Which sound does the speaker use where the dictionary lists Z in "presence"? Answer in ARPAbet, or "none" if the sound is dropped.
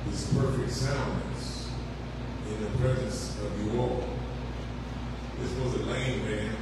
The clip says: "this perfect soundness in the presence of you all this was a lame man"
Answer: Z